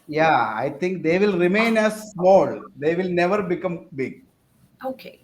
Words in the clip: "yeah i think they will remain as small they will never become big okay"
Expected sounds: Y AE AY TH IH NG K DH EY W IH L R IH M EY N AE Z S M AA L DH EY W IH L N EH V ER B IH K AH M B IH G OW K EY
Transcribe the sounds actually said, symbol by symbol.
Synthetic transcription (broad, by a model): Y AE AY T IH NG K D EY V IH L R IH M EY N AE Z S M AA L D EY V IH L N EH V ER B IH K AH M B IH G OW K EY